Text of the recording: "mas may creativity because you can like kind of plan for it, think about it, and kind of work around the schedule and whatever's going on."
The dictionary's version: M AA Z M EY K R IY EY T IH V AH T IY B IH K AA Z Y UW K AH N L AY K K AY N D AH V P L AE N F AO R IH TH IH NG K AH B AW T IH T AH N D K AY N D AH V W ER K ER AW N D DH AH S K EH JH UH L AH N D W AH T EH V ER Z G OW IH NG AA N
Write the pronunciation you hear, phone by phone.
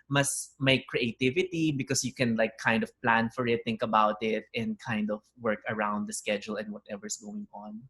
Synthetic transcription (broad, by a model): M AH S M EY K R IY EY T IH V AH T IY B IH K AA S Y UW K AH N L AY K K AY N D AH V P L AE N F AO R IH T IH NG K AH B AW T IH T AH N D K AY N D AH V W ER K ER AW N D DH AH S K EH JH UH L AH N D W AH T EH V ER S G OW IH NG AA N